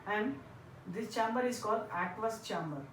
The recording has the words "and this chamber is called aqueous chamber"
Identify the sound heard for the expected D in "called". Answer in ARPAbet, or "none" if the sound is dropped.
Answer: D